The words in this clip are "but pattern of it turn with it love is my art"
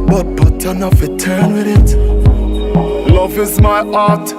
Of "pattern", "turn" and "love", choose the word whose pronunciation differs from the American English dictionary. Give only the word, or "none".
pattern